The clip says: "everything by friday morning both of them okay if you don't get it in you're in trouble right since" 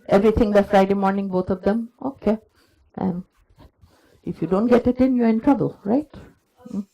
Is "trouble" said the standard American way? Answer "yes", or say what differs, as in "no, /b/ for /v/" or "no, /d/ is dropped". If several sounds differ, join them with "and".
yes